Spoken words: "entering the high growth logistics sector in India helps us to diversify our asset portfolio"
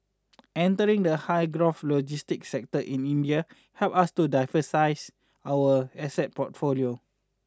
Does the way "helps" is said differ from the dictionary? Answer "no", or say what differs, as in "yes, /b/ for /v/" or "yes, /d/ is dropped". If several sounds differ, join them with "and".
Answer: yes, /s/ is dropped